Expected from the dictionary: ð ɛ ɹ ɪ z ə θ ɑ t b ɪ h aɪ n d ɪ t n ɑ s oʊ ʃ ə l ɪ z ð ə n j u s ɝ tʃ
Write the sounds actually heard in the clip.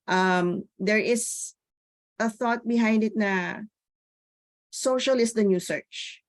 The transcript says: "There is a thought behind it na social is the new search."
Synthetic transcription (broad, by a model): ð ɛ ɹ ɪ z ə θ ɑ t b ɪ h aɪ n d ɪ t n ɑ s oʊ ʃ ə l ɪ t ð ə n j u s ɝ tʃ